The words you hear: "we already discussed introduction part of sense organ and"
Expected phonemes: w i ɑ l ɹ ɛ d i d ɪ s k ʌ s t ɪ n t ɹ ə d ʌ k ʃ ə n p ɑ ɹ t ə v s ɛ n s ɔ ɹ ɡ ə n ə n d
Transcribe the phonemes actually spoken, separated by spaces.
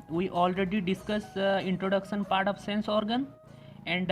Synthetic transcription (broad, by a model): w i ɑ l ɹ ɛ d i d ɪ s k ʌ s ɪ n t ɹ ə d ʌ k ʃ ə n p ɑ ɹ t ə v s ɛ n s ɔ ɹ ɡ ə n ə n d